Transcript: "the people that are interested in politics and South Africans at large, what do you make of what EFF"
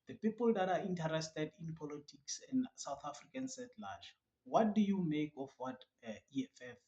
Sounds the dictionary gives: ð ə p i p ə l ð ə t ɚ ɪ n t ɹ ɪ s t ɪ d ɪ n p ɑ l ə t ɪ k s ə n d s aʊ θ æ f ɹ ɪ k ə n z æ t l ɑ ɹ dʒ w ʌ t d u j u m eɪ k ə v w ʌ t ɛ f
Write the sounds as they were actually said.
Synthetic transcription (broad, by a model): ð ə p i p ə l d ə t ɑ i n t ɹ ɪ s t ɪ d ɪ n p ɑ l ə t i k s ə n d s aʊ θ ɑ f ɹ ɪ k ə n s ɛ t l ɑ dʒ w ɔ t d u j u m eɪ k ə f w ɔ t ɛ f